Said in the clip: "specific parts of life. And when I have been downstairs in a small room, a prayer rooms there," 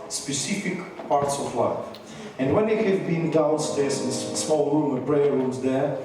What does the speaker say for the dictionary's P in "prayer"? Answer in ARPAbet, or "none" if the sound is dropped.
B